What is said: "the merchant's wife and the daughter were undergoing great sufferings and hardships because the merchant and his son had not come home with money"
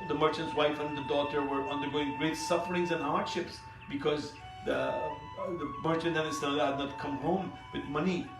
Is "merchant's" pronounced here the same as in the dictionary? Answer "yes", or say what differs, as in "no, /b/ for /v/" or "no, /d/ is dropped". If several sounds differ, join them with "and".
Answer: yes